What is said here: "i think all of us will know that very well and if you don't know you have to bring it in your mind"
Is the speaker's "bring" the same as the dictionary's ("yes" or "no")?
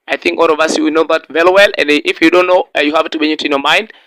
no